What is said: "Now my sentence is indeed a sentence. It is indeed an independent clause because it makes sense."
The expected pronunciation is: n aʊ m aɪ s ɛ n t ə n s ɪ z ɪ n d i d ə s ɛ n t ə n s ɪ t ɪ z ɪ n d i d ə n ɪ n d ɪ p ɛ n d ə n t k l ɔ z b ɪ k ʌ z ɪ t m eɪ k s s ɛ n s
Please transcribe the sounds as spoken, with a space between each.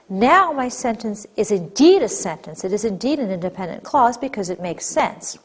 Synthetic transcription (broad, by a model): n aʊ m aɪ s ɛ n t ə n s ɪ z ɪ n d i d ə s ɛ n t ə n s ɪ t ɪ z ɪ n d i d ə n ɪ n d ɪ p ɛ n d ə n k l ɔ z b ɪ k ʌ z ɪ t m eɪ k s s ɛ n s